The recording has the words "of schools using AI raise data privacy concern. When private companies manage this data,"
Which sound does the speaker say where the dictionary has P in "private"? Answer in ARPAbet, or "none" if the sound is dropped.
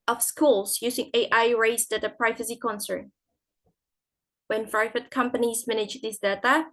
F